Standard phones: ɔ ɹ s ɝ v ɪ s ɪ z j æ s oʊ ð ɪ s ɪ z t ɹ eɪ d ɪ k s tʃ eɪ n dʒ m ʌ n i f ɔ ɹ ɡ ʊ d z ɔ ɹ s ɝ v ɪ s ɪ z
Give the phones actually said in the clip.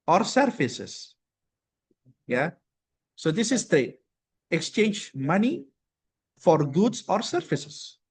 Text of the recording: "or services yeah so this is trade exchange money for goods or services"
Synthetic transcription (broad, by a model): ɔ ɹ s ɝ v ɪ s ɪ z j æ s oʊ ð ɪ s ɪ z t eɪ ɪ k s tʃ eɪ n dʒ m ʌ n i f ɔ ɹ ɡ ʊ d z ɔ ɹ s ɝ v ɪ s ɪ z